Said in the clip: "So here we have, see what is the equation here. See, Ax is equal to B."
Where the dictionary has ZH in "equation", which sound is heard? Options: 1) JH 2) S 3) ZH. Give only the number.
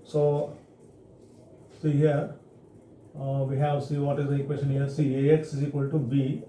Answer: 2